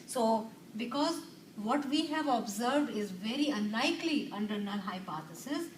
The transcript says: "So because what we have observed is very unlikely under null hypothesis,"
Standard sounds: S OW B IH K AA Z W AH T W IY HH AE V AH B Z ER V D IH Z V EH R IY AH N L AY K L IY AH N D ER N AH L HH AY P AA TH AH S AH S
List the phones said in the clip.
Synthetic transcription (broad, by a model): S OW B IH K AA Z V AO T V IY HH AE V AH B Z ER V D IH Z V EH R IY AH N L AY K L IY AH N D ER N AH N HH AY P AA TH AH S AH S